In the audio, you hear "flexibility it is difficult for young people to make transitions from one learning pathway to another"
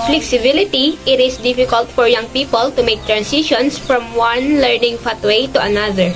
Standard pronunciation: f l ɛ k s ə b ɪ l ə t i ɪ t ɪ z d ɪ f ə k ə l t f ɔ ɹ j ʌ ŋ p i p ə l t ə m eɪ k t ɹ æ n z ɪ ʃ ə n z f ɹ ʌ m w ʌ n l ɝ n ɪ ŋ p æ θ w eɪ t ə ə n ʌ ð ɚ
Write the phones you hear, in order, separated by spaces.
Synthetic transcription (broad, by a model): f l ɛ k s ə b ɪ l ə t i ɪ t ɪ s d ɪ f ə k ə l t f ɔ ɹ j ʌ ŋ p i p ə l t ə m eɪ k t ɹ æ n s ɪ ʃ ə n s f ɹ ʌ m w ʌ n l ɝ n ɪ ŋ f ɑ t w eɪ t ə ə n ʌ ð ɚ